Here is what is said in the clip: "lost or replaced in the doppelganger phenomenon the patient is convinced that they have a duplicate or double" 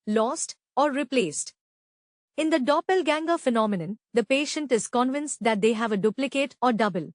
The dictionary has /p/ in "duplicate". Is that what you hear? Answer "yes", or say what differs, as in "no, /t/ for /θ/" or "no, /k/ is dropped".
yes